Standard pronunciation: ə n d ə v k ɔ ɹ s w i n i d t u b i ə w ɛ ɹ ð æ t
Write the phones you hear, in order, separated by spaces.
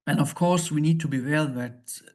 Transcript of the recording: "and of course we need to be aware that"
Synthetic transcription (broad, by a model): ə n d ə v k ɔ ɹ s w i n i d t u b i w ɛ l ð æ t